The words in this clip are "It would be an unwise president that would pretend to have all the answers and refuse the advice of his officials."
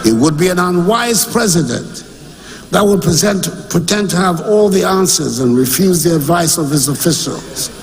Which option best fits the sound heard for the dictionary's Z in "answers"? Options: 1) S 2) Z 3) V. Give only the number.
2